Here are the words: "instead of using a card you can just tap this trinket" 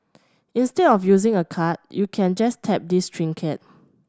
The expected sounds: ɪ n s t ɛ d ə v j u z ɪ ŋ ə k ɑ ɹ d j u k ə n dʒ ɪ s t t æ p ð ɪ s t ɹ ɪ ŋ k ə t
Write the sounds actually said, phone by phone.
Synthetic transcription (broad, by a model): ɪ n s t ɛ d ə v j u z ɪ ŋ ə k ɑ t j u k ə n dʒ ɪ s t t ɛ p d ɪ s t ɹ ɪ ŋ k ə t